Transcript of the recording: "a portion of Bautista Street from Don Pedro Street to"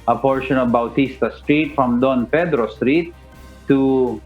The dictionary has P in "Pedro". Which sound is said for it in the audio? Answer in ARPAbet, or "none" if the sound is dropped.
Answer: F